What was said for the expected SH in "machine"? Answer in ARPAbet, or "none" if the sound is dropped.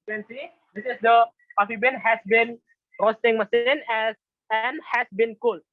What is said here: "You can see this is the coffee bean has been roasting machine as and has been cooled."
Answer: S